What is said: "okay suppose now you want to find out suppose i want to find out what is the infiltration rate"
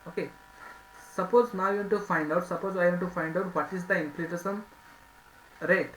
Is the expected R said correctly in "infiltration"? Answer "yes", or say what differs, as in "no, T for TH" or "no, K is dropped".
no, R is dropped